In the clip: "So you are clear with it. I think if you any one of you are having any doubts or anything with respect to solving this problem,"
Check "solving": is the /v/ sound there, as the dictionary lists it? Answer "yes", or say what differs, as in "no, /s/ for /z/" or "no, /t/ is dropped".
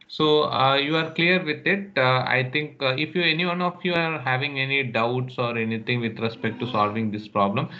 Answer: yes